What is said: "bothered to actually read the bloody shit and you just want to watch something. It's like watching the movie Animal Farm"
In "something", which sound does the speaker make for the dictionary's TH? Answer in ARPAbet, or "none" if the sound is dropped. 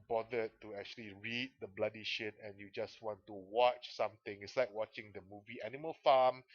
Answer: T